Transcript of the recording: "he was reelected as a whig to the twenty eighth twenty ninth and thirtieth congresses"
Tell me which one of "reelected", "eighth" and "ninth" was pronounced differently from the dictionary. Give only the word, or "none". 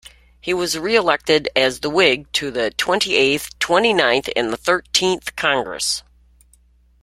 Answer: none